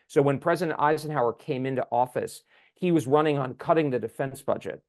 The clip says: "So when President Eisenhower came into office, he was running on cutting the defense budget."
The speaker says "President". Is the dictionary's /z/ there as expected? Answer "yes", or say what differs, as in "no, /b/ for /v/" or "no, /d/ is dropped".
yes